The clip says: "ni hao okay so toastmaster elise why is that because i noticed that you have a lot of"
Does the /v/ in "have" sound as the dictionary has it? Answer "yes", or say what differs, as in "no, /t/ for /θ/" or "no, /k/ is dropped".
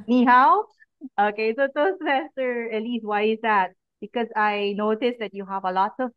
yes